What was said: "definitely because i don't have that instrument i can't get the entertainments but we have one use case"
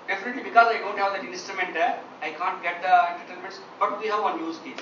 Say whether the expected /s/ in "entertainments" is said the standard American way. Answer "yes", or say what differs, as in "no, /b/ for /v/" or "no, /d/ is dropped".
yes